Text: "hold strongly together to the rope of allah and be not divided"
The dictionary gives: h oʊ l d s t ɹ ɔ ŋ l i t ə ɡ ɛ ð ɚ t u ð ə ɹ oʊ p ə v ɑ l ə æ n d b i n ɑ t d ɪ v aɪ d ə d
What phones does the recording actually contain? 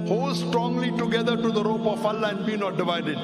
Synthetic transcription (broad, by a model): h oʊ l s t ɹ ɔ ŋ l i t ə ɡ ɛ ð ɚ t u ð ə ɹ oʊ p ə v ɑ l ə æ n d b i n ɑ t d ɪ v aɪ d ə d